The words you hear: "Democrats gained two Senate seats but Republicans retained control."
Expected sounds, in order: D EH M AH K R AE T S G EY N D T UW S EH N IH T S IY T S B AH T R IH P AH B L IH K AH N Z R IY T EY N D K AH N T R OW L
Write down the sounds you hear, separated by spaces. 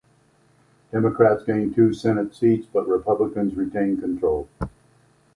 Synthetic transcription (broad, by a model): D EH M AH K R AE T S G EY N T UW S EH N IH T S IY T S B AH T R IH P AH B L IH K AH N Z R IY T EY N K AH N T R OW L